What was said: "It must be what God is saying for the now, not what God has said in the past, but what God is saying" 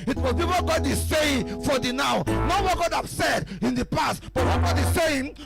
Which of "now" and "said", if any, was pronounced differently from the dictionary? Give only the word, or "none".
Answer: none